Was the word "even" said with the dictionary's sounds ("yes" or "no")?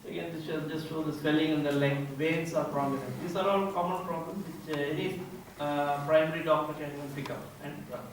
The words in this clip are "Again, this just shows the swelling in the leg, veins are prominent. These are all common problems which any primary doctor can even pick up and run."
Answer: no